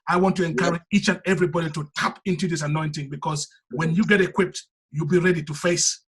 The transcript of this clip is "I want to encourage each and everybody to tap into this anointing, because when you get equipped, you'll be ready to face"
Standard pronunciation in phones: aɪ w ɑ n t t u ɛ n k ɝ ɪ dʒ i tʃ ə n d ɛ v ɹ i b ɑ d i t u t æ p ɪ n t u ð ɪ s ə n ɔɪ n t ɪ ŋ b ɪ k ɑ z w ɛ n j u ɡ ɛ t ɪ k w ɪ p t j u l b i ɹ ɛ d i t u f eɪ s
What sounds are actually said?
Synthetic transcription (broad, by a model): aɪ w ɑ n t t u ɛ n k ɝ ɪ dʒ i tʃ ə n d ɛ v ɹ i b ɑ d i t u t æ p ɪ n t u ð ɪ s ə n ɔɪ n t ɪ ŋ b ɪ k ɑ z w ɛ n j u ɡ ɛ t ɪ k w ɪ p t j u l b i ɹ ɛ d i t u f eɪ s